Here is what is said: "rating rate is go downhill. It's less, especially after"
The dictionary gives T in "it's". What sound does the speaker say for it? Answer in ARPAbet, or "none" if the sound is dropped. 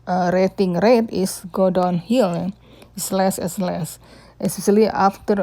S